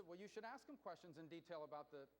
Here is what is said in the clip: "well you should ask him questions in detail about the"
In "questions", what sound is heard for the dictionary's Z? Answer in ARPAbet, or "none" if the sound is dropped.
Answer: Z